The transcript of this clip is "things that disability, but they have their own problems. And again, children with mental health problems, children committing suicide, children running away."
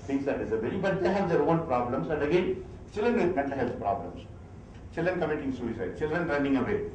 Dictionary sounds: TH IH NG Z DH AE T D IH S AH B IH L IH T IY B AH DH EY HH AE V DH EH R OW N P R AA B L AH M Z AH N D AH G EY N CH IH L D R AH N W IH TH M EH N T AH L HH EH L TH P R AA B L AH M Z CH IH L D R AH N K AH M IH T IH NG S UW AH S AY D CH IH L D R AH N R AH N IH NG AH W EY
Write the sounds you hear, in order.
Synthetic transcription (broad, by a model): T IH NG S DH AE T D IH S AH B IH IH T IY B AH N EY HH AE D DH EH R OW N P R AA B L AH M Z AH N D AH G EY N CH IH L D R AH N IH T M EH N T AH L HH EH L S P R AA B L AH M S CH IH L D R AH N K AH M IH T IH NG S UW AH S AY D CH IH L D R AH N R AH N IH NG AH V EY